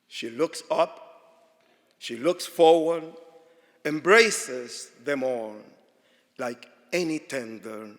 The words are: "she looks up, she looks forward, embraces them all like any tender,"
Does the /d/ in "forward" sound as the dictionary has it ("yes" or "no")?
yes